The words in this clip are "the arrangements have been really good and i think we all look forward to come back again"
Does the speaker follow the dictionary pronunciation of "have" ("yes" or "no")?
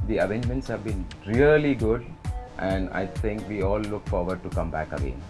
yes